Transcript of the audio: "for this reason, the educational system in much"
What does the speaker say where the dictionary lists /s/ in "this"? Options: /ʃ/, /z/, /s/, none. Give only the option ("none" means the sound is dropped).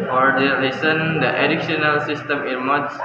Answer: none